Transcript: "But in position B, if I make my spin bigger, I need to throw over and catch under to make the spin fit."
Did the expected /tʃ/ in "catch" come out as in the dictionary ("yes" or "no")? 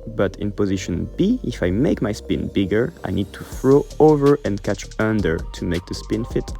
yes